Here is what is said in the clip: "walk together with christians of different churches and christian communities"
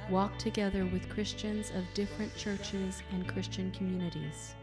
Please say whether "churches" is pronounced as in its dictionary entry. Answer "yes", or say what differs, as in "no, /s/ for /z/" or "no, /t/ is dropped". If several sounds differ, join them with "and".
yes